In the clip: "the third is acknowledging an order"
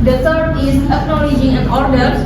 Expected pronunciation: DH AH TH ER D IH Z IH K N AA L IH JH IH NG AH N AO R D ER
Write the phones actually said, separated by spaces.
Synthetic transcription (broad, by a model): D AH T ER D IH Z IH K N AA L IH JH IH NG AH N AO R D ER